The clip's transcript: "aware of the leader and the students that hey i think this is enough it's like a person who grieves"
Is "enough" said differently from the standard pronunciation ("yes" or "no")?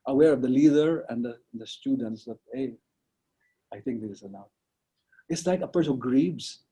yes